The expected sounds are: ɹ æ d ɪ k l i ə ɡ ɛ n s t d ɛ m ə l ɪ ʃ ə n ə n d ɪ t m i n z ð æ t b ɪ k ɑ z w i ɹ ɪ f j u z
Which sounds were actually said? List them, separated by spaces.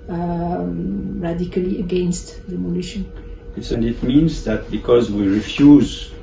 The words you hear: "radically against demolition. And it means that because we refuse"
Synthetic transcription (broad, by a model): ɹ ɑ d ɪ k l i ə ɡ ɛ n s t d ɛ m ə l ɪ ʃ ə n ə n d ɪ t m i n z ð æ t b ɪ k ɑ z w i ɹ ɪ f j u z